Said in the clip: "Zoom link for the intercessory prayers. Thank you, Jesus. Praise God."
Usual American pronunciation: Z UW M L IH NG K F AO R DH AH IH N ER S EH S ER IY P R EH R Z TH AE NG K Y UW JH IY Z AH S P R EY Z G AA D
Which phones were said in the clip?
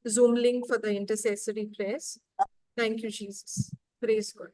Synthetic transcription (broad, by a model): Z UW M L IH NG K F AO R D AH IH N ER S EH S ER IY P R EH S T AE NG K Y UW JH IY Z AH S P R EY Z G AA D